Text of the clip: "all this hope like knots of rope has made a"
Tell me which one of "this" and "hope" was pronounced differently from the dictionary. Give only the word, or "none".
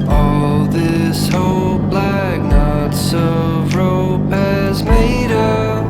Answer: hope